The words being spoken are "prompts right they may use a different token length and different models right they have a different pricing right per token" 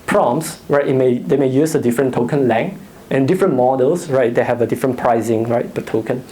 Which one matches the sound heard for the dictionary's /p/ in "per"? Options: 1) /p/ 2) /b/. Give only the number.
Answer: 2